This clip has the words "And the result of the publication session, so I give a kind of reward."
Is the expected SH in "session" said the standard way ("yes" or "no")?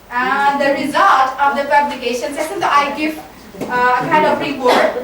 no